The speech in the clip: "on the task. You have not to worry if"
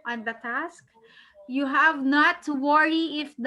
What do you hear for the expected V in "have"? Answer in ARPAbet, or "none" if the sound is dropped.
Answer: V